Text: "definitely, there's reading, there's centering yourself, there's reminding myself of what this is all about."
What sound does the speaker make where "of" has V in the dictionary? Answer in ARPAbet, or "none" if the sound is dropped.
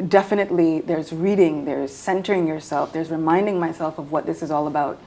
V